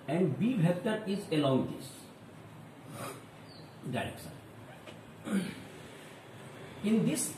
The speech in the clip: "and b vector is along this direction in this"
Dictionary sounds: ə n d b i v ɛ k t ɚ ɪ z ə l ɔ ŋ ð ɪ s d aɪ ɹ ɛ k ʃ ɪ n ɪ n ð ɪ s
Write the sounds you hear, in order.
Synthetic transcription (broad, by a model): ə n d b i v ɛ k t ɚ ɪ z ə l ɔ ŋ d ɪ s d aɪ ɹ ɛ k s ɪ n ɪ n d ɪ s